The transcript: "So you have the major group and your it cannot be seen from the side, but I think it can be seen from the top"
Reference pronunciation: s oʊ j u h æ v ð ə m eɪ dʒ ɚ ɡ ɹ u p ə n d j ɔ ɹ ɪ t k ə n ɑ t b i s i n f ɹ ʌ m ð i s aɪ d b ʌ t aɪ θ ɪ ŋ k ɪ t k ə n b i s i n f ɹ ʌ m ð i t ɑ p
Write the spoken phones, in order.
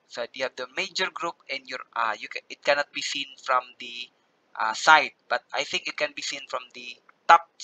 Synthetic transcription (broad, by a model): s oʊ j u h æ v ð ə m eɪ dʒ ɚ ɡ ɹ u p ə n d j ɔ ɹ ɪ t k ə n ɑ t b i s i n f ɹ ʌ m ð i s aɪ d b ʌ t aɪ θ ɪ ŋ k ɪ t k ə n b i s i n f ɹ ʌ m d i t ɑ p